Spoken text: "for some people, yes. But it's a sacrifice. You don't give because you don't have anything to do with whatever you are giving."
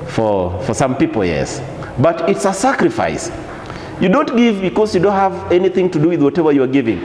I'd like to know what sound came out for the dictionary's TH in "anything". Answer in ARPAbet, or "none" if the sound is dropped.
TH